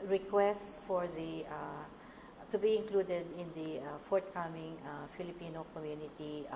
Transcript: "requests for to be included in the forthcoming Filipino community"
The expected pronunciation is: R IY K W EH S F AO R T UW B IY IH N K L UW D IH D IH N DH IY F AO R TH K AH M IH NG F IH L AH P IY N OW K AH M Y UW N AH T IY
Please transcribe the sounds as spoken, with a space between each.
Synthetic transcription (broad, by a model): R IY K W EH S F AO R T UW B IY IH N K L UW D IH D IH N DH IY F AO R T K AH M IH NG F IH L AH P IY N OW K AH M Y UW N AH T IY